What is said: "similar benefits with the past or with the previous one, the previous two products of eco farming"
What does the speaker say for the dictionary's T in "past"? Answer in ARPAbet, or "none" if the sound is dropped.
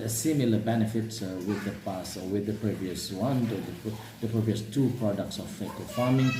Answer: none